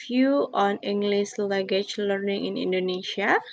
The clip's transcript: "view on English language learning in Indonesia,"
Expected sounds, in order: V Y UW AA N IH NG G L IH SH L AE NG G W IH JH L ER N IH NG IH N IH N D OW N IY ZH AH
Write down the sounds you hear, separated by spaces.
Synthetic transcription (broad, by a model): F Y UW AA N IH NG G L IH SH L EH G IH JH L ER N IH NG IH N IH N D OW N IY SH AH